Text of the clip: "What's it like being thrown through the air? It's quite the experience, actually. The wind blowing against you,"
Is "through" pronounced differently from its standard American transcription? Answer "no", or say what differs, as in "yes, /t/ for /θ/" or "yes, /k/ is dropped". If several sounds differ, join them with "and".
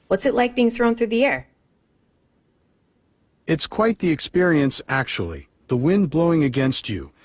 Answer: no